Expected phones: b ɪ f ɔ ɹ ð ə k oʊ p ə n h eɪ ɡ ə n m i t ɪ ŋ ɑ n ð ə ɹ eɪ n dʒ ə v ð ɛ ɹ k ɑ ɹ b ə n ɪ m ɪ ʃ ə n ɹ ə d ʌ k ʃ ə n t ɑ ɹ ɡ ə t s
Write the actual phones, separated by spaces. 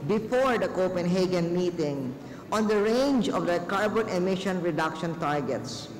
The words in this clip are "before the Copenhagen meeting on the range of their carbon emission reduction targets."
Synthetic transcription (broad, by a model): b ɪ f ɔ ɹ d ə k oʊ p ə n h eɪ ɡ ə n m i t ɪ ŋ ɑ n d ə ɹ eɪ n dʒ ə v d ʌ k ɑ ɹ b ə n ɪ m ɪ ʃ ə n ɹ ə d ʌ k ʃ ə n t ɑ ɹ ɡ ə t s